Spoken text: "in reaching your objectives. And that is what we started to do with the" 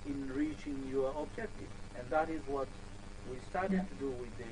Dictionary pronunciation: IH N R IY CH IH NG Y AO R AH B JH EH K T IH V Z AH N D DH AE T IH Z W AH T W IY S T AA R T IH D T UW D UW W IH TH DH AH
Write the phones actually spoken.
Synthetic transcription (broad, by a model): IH N R IY CH IH NG Y AO R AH B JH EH K T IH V AH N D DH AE T IH Z W AH T W IY S T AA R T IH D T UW D UW W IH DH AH